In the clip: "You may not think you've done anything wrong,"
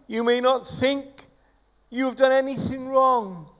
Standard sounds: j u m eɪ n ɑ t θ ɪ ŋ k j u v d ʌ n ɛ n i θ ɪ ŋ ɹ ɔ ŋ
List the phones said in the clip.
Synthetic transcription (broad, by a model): j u m eɪ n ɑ t θ ɪ ŋ k j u v d ʌ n ɛ n i θ ɪ ŋ ɹ ɔ ŋ